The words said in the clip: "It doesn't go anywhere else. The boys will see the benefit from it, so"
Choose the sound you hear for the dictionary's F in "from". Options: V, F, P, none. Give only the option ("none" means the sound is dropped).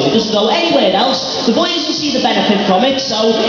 F